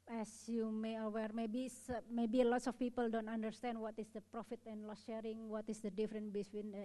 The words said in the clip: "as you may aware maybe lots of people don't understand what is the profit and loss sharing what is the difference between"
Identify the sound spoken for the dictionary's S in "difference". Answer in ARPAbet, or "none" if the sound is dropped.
none